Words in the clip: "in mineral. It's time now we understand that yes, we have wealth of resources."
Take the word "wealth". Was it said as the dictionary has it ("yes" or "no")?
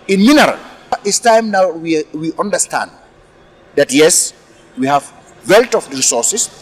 no